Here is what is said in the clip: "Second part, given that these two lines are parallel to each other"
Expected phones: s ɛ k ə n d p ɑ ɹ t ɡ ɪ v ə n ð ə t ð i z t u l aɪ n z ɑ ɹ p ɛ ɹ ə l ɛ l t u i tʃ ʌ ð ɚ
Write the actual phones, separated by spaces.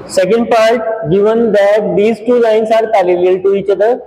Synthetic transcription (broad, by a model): s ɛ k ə n d p ɑ ɹ t ɡ ɪ v ə n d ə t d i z t u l aɪ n s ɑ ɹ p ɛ l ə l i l t u i tʃ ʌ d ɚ